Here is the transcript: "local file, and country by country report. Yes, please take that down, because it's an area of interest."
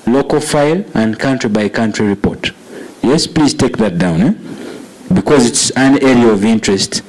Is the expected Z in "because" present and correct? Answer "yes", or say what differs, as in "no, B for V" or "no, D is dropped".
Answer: yes